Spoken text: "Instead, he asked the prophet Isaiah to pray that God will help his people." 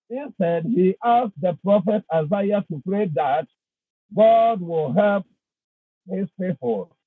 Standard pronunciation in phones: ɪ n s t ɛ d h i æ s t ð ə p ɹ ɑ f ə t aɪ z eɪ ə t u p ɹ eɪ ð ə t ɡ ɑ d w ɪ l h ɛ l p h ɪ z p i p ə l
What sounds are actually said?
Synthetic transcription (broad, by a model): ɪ n s t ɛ d h i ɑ s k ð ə p ɹ ɑ f ə t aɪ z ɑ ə t u p ɹ eɪ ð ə t ɡ ɑ d w ɪ l h ɛ l p h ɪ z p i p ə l